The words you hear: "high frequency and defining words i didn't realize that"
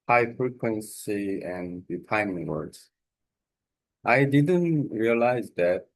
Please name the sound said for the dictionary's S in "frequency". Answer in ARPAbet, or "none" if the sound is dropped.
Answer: S